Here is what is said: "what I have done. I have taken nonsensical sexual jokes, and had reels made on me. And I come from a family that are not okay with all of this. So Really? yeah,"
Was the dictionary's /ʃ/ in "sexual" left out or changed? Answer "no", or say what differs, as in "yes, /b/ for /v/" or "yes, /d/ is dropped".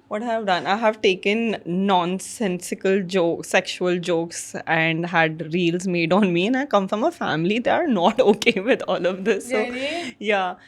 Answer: no